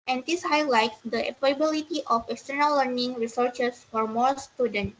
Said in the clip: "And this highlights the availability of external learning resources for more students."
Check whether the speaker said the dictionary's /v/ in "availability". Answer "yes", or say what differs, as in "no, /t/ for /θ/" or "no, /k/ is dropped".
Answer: no, /p/ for /v/